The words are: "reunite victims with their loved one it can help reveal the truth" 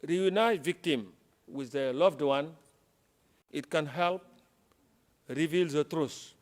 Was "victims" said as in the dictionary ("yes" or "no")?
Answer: no